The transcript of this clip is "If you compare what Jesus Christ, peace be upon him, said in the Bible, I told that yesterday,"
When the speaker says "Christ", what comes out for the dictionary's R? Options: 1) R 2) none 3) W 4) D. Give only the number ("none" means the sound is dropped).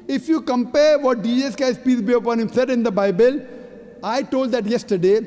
2